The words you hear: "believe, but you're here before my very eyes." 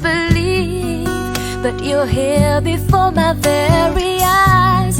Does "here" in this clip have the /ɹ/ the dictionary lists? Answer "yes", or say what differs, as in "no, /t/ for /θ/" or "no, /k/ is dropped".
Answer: no, /l/ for /ɹ/